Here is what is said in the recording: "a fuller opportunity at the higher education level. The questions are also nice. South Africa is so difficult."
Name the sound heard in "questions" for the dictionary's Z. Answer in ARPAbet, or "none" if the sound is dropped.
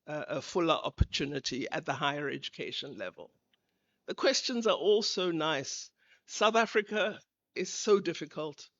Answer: Z